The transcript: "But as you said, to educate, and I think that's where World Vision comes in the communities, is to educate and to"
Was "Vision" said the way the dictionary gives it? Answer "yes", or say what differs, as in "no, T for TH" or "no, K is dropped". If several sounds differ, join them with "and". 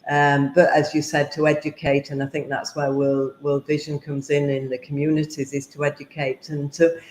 yes